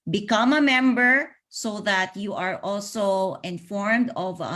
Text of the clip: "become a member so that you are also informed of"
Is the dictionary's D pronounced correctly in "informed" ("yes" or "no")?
yes